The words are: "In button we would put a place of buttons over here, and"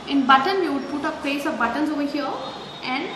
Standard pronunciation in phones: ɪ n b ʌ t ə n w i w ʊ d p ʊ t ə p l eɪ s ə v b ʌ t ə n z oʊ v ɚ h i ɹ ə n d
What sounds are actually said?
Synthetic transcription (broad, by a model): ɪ n b ʌ t ə n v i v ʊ d p ʊ t ə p eɪ s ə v b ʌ t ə n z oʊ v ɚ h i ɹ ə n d